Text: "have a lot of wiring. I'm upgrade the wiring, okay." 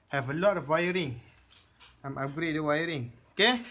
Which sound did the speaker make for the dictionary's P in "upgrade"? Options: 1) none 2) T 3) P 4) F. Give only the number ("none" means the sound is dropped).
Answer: 1